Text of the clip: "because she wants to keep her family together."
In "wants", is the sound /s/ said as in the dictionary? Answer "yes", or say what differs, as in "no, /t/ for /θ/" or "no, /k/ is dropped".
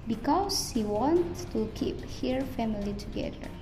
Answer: no, /s/ is dropped